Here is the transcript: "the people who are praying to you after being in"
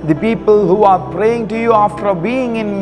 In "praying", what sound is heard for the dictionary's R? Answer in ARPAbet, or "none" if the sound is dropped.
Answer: R